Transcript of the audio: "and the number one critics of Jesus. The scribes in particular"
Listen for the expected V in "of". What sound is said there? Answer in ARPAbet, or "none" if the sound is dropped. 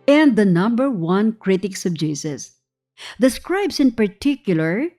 B